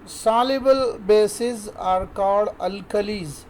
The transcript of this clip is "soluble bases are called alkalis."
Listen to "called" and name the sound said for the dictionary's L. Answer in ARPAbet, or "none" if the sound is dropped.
none